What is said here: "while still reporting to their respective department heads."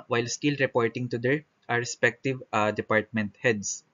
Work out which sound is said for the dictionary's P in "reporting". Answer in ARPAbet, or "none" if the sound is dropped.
P